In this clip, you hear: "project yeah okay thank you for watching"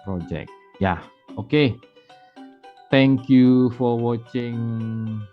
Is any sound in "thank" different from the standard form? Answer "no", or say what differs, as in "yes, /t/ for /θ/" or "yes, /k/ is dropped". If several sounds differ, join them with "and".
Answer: yes, /t/ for /θ/